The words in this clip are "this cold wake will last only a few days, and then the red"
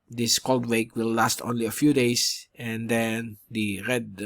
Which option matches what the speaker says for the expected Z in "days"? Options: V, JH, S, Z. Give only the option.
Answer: S